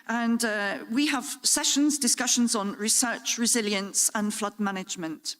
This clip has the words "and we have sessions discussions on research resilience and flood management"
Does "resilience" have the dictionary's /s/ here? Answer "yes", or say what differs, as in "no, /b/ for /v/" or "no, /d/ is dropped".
yes